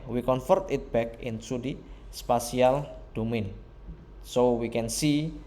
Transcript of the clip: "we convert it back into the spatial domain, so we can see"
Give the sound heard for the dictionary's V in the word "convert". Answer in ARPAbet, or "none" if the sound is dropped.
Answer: F